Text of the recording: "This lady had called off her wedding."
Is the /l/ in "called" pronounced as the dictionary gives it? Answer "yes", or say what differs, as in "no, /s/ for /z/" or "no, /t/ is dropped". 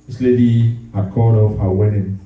no, /l/ is dropped